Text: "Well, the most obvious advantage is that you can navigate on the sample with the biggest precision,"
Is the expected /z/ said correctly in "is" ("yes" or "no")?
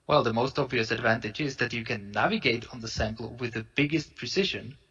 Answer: yes